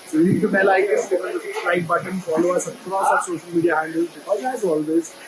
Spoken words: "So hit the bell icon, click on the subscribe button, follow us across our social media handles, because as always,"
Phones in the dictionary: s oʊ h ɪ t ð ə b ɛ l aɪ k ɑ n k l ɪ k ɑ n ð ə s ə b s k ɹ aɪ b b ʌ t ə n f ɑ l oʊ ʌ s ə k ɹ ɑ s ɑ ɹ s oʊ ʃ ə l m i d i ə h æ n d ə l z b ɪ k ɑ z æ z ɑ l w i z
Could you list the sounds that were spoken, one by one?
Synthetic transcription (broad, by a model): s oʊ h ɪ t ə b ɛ l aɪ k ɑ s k ɪ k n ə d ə s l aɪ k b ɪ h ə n f ɑ l oʊ ʌ s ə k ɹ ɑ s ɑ s oʊ ʃ ə l m i d i ə h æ n d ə l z b ɪ k ɑ z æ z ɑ l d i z